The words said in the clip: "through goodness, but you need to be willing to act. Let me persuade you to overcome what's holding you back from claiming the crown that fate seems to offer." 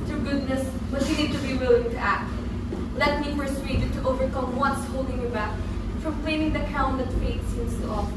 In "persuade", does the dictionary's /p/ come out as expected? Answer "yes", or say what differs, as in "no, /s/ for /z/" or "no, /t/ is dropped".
no, /f/ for /p/